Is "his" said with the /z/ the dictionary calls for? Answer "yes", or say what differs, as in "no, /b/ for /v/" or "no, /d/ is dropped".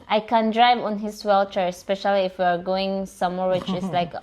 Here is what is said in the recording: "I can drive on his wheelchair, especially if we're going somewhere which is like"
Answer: no, /s/ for /z/